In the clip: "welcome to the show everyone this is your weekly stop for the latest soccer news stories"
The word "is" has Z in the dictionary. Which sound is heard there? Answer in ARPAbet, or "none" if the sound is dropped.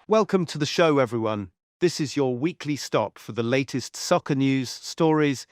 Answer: Z